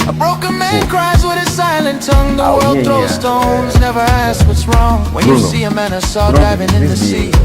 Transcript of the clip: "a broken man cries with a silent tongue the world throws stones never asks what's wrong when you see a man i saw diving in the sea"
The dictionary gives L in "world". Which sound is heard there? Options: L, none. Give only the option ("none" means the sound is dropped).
L